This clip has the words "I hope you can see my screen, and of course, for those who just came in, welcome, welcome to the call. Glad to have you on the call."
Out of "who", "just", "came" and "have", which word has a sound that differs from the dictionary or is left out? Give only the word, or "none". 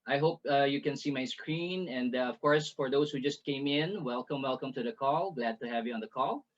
none